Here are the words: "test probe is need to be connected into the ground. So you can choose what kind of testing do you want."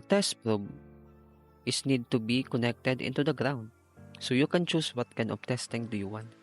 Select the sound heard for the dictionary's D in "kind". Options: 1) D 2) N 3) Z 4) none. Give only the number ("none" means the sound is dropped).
4